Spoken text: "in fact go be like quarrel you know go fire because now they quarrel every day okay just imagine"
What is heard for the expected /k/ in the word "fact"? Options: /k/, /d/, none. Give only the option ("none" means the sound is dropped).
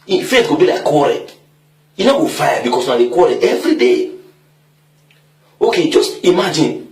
none